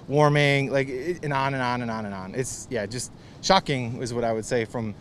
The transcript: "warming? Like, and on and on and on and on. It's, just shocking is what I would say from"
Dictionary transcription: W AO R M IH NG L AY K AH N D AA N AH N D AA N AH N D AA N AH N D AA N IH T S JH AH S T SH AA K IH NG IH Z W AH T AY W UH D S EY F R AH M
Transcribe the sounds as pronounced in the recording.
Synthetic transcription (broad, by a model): W AO R M IH NG L AY K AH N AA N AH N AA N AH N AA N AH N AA N IH T S JH AH S T SH AA K IH NG IH Z W AH T AY W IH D S EY F R AH M